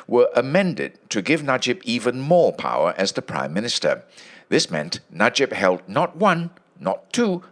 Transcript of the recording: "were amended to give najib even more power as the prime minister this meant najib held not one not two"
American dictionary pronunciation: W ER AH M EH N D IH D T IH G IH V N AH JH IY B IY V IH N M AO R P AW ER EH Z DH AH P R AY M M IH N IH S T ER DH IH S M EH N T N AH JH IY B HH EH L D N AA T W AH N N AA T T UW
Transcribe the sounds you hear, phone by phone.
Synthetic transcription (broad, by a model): W ER AH M EH N D IH D T IH G IH V N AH JH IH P IY V IH N M AO R P AW ER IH Z DH AH P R AY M M IH N IH S T ER DH IH S M EH N T N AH JH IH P HH EH L D N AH T W AH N N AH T T UW